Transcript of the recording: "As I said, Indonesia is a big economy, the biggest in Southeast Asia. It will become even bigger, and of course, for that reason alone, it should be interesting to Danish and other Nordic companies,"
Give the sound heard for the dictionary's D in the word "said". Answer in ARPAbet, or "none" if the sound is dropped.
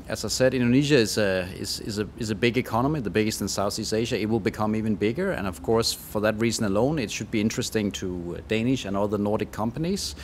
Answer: D